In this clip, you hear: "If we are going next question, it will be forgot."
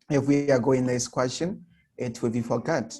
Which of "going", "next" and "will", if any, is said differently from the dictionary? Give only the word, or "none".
next